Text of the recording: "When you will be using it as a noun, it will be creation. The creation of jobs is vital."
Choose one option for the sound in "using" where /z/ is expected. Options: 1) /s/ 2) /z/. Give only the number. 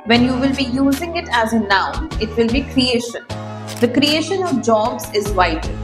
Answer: 2